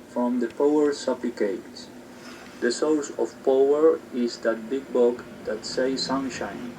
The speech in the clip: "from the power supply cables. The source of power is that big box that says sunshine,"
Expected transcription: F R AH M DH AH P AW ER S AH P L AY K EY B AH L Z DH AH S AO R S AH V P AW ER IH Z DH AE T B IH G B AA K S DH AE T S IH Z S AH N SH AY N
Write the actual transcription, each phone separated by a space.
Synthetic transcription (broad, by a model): F R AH M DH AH P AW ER S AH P L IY K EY AH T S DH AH S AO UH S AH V P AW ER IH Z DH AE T B IH G B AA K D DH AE T S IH S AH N SH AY N